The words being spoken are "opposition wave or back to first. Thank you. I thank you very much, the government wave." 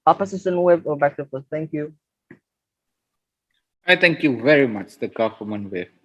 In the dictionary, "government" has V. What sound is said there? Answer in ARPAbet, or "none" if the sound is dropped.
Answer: F